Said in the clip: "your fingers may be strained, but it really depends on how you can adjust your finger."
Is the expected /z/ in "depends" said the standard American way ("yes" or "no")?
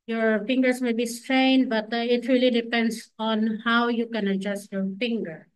no